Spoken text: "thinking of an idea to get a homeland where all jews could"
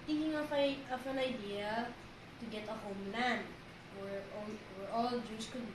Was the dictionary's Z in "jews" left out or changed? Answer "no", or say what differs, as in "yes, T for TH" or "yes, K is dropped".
yes, S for Z